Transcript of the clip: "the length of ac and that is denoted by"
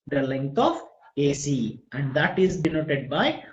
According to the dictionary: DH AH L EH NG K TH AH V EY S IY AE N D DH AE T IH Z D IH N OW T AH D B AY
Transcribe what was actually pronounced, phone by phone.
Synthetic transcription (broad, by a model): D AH L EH NG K T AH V EY S IY AE N D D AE T IH Z D IH N OW T AH D B AY